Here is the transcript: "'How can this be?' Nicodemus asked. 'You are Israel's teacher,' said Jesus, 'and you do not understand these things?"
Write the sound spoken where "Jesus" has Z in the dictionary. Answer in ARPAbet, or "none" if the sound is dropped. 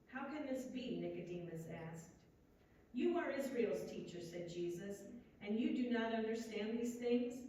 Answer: Z